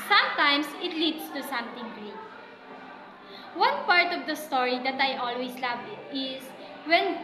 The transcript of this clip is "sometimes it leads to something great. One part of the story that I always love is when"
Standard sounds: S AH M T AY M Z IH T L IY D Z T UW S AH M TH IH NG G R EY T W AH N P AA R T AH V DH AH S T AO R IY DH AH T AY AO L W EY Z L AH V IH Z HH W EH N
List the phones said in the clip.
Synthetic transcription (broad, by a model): S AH M T AY M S IH T L IY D S T UW S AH M T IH NG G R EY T W AH N P AA R T AH V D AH S T AO R IY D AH T AY AO L W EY S L AH V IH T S W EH N